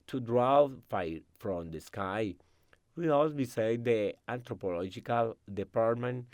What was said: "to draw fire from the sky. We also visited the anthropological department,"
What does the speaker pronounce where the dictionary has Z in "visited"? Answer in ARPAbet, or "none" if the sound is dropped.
S